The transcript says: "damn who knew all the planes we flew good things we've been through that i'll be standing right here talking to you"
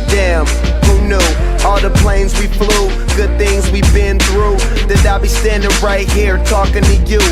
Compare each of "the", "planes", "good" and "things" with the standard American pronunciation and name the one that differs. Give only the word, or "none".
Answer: none